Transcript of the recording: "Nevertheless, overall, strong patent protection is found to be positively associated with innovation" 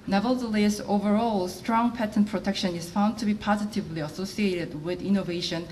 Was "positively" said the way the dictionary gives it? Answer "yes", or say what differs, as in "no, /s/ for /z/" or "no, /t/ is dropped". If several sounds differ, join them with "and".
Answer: yes